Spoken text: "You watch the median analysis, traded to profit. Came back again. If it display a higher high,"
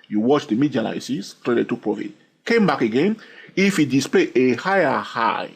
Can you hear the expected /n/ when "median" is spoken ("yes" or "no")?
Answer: no